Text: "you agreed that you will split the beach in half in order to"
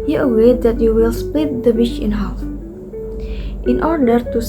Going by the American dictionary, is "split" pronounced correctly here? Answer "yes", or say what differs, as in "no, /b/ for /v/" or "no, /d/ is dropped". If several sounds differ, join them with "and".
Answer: yes